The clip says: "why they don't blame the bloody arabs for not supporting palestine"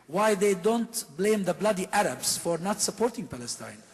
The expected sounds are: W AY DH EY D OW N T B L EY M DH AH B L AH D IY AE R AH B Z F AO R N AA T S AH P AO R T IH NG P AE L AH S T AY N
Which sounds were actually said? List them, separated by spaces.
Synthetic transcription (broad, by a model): W AY DH EY D OW N T B L EY M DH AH B L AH D IY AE R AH B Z F AO R N AA T S AH P AO R T IH NG P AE L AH S T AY N